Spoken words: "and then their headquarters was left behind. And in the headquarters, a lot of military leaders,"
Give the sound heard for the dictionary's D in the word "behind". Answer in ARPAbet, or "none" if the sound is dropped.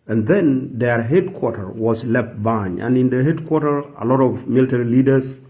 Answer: none